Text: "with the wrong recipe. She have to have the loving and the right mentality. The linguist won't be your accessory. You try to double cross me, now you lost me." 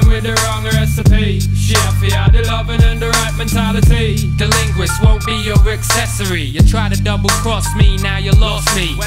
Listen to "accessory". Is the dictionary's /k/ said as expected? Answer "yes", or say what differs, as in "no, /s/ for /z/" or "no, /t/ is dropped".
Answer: yes